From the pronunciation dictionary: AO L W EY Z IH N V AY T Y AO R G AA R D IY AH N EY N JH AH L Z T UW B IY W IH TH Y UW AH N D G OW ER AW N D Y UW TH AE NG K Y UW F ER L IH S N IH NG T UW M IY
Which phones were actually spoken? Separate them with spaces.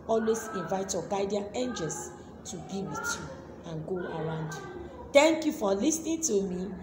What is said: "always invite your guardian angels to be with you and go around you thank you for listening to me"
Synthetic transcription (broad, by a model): AO L W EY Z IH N V AY T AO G AA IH D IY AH EY N JH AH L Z T UW B IY W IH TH Y UW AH N G OW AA AW N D Y UW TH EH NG K Y UW F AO L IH S N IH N T UW M IY